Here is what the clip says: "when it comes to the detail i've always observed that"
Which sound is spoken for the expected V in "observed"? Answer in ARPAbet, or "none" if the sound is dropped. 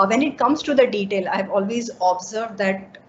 V